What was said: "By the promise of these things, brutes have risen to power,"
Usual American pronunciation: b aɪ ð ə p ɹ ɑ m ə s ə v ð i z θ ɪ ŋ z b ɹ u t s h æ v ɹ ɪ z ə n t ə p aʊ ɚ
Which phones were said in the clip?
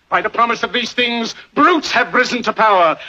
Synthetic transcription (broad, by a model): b aɪ ð ə p ɹ ɑ m ə s ə v ð i z θ ɪ ŋ z b ɹ u t s h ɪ v ɹ ɪ z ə n t ə p aʊ ɚ